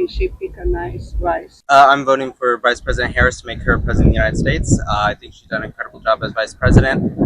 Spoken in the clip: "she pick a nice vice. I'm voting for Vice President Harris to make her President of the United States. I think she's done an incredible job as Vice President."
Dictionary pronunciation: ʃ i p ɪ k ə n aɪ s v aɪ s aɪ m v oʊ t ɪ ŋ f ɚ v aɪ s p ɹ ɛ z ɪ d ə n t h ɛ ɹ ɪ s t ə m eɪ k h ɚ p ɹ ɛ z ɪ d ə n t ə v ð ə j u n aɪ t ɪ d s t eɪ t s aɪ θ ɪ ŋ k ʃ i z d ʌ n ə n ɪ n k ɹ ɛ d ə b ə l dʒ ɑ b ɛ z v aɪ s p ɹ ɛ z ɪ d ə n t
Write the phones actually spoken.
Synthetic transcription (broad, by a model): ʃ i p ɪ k ə n aɪ s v aɪ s aɪ m v oʊ t ɪ ŋ f ɚ v aɪ s p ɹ ɛ z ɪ d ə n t h ɛ ɹ ɪ s t ə m eɪ k h ɚ p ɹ ɛ z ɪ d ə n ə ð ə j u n aɪ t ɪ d s t eɪ t s aɪ θ ɪ ŋ k ʃ i z d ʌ ə n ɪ k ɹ ɛ d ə b l dʒ ɑ b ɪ z v aɪ s p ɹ ɛ z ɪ d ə n t